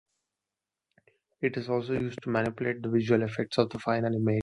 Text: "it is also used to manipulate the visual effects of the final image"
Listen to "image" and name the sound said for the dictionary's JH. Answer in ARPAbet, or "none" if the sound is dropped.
none